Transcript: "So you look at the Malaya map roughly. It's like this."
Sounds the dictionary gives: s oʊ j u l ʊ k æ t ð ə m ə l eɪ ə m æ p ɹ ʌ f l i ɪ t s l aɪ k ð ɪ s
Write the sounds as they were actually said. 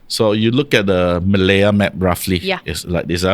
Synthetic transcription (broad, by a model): s oʊ j u l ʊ k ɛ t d ə m ə l eɪ ə m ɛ p ɹ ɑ f l i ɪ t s l aɪ k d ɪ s